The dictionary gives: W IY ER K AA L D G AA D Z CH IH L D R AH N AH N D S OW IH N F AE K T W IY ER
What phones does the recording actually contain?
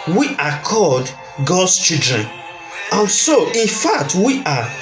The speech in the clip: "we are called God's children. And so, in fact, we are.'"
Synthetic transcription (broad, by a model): W IY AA K AA L D G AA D S CH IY L D R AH N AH N S OW IH N F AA K T W IY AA